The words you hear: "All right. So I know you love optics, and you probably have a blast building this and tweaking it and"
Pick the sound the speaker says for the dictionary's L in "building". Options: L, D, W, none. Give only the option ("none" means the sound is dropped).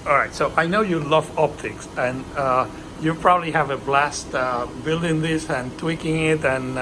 L